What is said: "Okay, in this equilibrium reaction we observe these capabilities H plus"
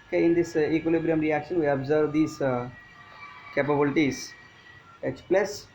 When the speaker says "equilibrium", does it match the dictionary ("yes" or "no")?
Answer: yes